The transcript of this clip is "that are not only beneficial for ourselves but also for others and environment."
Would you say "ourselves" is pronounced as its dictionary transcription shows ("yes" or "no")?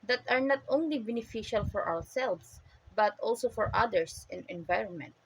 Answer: no